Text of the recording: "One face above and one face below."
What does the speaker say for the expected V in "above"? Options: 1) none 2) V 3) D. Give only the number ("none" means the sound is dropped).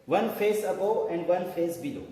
1